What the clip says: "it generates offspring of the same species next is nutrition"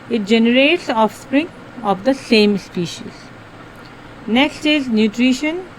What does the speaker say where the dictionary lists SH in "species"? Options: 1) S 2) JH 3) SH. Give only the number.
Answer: 3